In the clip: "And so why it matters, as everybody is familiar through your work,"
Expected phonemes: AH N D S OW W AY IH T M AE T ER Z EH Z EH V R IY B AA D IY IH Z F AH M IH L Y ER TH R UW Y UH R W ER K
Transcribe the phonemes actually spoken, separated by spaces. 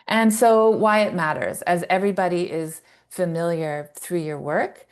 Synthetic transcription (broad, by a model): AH N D S OW W AY IH T M AE T ER Z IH Z EH V R IY B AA D IY IH Z F AH M IH L Y ER TH R UW Y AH R W ER K